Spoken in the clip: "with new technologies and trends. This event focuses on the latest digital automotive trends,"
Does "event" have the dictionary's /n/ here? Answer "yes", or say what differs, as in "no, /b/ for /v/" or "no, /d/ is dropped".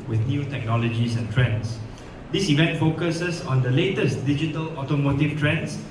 yes